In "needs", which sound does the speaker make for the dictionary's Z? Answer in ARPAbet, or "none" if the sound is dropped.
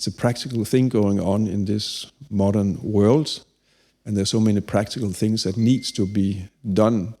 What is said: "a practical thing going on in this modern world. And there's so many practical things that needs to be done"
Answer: none